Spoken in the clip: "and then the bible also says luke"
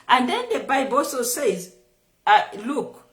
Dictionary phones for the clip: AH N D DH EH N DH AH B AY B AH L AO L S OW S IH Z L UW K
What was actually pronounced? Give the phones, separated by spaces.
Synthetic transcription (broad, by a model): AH N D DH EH N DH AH B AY B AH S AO S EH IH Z L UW K